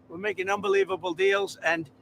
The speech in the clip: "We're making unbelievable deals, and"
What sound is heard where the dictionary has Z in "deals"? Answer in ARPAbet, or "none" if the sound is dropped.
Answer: Z